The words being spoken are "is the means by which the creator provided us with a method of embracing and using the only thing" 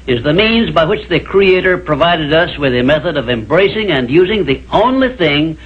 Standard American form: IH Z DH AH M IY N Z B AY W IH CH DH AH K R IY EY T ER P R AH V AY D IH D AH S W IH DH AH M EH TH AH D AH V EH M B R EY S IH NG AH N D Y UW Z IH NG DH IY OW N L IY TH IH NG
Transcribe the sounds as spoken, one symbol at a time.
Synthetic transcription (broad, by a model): IH Z DH AH M IY N Z B AY W IH CH DH AH K R IY EY T ER P R AH V AY D IH D AH S W IH DH AH M EH TH AH D AH V EH M B R EY S IH NG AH N Y UW Z IH NG DH IY OW N L IY TH IH NG